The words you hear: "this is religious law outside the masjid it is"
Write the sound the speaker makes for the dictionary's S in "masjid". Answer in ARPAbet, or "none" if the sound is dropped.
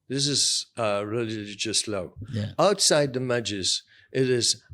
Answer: none